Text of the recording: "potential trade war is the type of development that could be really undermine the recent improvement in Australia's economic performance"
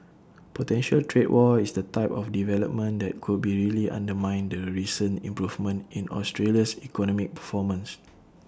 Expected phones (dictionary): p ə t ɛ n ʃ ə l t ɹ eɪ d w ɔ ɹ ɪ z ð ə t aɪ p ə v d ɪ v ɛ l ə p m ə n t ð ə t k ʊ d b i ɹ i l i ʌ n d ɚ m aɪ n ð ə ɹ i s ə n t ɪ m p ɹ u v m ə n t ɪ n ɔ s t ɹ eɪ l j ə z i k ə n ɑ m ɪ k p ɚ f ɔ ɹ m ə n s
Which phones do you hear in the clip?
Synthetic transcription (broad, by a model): p ə t ɛ n ʃ ə l t ɹ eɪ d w ɔ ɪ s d ə t aɪ p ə f d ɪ v ɛ l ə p m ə n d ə t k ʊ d b i ɹ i l i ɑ n d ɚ m aɪ n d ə ɹ i s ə n ɪ m p ɹ u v m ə n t ɪ n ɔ s t ɹ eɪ l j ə s i k ə n ɑ m ɪ k p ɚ f ɔ m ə n s